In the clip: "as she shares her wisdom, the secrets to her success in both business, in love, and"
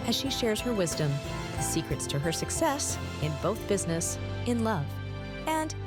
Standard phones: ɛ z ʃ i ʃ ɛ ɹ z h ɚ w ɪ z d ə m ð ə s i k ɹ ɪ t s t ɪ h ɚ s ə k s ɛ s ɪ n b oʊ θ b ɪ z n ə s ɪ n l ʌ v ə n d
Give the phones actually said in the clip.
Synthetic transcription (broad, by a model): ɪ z ʃ i ʃ ɛ ɹ z h ɚ w ɪ z d ə m ð ə s i k ɹ ɪ t s t ɪ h ɚ s ə k s ɛ s ɪ n b oʊ θ b ɪ z n ə s ɪ n l ʌ v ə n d